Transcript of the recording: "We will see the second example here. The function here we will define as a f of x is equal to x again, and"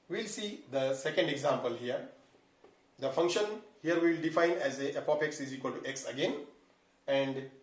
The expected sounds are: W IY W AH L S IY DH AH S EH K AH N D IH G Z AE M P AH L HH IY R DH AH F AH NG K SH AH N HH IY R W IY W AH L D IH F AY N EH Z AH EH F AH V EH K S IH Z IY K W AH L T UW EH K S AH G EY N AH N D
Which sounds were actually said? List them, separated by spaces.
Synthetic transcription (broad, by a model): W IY L S IY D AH S EH K AH N D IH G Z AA M P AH L HH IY R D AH F AH NG K SH AH N HH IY R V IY L D IH F AY N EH Z AH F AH P EH K S IH Z IY K W AH L T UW EH K S AH G EY N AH N D